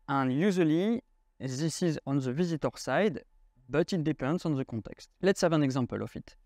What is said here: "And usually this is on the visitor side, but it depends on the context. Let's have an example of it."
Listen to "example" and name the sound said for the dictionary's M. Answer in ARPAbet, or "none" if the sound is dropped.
none